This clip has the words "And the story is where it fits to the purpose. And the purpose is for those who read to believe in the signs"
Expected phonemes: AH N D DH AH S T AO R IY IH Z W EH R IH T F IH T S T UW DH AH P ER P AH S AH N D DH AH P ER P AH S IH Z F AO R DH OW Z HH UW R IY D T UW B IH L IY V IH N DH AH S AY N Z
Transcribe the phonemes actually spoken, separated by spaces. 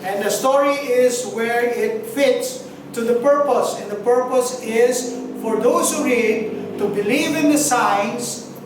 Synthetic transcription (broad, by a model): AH N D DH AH S T AO R IY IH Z W EH R IH T F IH T S T UW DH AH P ER P AH S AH N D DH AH P ER P AH S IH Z F AO R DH OW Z HH UW R IY D T UW B IH L IY V IH N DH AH S AY N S